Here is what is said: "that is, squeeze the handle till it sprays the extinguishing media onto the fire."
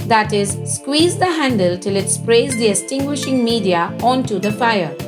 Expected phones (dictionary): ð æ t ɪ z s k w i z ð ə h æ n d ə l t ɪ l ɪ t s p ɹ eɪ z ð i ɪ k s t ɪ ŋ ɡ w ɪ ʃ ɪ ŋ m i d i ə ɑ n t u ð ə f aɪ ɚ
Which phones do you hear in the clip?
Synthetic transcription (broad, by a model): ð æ t ɪ z s k w i z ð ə h æ n d ə l t ɪ l ɪ t s p ɹ eɪ z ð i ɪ s t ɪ ŋ ɡ w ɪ ʃ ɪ ŋ m i d i ə ɑ n t u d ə f aɪ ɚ